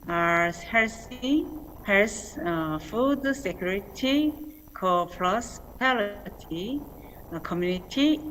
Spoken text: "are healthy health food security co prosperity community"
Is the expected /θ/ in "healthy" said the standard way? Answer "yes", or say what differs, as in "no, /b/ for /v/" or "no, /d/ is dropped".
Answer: no, /s/ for /θ/